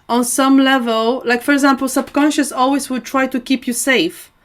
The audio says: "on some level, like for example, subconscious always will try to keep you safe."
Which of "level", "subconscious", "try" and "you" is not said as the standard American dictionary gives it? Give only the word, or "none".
none